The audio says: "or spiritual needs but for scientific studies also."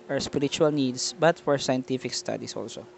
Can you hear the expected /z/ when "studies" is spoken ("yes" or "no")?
no